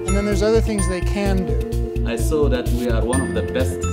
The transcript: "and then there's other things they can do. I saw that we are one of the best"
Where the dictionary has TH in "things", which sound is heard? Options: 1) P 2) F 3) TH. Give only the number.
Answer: 3